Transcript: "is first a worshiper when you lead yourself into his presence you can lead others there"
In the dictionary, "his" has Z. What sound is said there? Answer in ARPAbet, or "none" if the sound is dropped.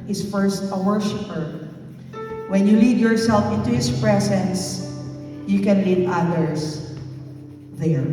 S